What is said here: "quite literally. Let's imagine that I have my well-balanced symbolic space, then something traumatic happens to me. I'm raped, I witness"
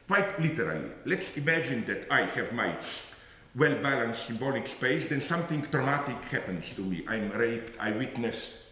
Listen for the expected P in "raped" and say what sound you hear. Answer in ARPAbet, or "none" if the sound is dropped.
P